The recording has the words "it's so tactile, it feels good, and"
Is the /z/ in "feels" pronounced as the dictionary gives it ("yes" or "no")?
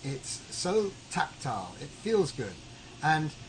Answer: yes